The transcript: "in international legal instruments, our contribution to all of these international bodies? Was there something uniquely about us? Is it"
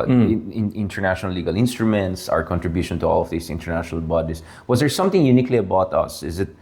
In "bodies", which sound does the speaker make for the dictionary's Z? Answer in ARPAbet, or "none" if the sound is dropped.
S